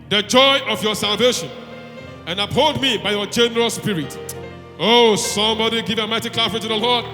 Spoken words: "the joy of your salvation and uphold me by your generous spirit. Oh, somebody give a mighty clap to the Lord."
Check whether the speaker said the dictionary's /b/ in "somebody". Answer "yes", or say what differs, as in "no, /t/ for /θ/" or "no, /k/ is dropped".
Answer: yes